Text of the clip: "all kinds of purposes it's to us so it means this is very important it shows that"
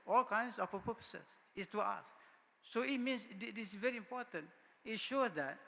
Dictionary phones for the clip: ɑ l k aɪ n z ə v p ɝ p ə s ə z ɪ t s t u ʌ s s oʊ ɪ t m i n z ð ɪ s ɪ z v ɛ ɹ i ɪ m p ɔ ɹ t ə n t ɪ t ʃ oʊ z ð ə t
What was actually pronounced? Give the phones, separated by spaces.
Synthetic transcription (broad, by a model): ɑ l k aɪ n s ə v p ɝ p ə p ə s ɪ s s t u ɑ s s oʊ ɪ t m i n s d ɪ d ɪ s v ɛ ɹ i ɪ m p ɔ t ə n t ɪ t ʃ oʊ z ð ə t